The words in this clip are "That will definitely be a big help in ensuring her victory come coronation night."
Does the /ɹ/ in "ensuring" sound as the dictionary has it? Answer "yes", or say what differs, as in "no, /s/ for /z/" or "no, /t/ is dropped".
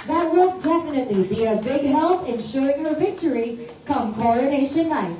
no, /ɹ/ is dropped